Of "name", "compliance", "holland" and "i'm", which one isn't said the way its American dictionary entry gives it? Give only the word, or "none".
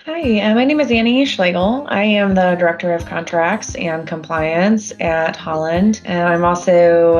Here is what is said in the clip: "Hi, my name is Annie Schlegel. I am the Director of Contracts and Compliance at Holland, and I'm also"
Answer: none